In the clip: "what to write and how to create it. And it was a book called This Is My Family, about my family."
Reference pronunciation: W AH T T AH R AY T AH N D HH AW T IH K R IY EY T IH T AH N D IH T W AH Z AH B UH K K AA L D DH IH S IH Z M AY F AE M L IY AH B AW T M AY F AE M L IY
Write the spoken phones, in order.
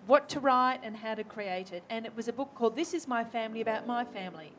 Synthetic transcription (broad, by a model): W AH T T AH R AY T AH N HH AW T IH K R IY EY T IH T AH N IH T W AH Z AH B UH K K AA L D DH IH S IH Z M AY F AE M L IY AH B AW T M AY F AE M L IY